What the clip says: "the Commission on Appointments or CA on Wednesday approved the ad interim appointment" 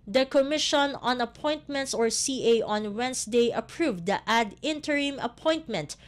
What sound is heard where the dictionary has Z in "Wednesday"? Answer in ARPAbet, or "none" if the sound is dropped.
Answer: S